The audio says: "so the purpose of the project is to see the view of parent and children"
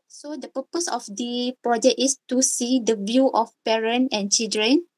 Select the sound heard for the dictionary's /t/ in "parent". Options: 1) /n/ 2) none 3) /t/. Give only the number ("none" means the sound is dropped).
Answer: 2